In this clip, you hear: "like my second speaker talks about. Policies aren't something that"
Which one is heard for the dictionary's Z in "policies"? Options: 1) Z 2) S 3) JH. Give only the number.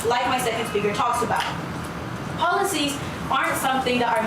1